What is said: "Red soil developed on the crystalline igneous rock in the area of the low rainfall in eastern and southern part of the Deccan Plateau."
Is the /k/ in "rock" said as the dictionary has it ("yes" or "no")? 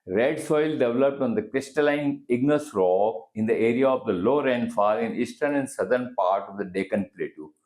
no